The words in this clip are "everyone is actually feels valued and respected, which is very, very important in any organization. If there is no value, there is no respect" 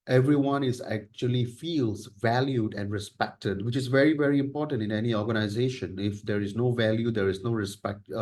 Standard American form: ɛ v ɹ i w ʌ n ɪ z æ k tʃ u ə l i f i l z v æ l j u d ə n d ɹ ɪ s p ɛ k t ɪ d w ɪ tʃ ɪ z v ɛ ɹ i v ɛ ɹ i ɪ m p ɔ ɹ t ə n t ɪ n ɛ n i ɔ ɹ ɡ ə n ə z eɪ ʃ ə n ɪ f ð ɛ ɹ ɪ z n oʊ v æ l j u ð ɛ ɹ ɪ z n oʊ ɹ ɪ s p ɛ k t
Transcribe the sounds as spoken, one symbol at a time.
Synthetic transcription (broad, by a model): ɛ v ɹ i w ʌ n ɪ z æ k tʃ u ə l i f i l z v æ l j u d ə n d ɹ ɪ s p ɛ k t ɪ d w ɪ tʃ ɪ z v ɛ ɹ i v ɛ ɹ i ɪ m p ɔ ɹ t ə n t ɪ n ɛ n i ɔ ɹ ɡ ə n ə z eɪ ʃ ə n ɪ f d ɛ ɹ ɪ z n oʊ v æ l j u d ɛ ɹ ɪ z n oʊ ɹ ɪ s p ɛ k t